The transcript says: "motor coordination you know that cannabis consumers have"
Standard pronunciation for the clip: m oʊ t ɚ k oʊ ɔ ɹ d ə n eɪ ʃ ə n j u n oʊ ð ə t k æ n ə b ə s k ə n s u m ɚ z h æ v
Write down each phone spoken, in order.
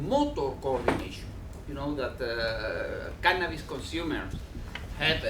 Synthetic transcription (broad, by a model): m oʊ t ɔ k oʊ ɔ ɹ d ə n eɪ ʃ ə n j u n oʊ ð ə t k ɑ n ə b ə s k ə n s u m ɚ s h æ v